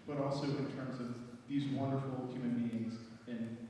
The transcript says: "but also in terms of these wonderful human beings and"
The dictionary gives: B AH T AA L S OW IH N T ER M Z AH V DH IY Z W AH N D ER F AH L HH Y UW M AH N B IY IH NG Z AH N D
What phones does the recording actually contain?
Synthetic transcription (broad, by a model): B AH T AA L S OW IH N T ER M Z AH V DH IY Z W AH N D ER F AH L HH Y UW M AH N B IY IH NG Z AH N